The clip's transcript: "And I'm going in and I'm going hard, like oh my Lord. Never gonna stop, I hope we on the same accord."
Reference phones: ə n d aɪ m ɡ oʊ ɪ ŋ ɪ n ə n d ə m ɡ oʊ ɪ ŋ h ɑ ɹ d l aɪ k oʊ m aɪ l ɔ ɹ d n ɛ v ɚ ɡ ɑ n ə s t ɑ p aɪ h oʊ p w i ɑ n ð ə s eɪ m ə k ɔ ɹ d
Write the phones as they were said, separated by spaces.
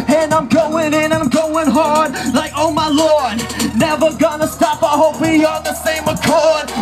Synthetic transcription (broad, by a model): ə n aɪ m ɡ oʊ ɪ ŋ ɪ n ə ə m ɡ oʊ ɪ ŋ h ɑ ɹ d l aɪ k oʊ m aɪ l ɔ ɹ d n ɛ v ɚ ɡ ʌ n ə s t ɑ p aɪ h oʊ p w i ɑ l ð ə s eɪ m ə k ɔ ɹ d